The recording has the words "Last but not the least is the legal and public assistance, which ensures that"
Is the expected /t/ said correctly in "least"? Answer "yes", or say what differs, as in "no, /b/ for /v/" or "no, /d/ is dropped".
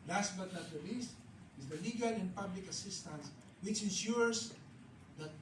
yes